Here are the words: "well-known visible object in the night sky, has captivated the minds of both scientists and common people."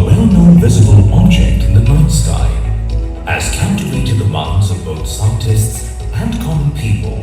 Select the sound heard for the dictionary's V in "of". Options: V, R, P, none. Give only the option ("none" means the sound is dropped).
V